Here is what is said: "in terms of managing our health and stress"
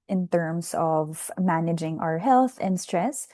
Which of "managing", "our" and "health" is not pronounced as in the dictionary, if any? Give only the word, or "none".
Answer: none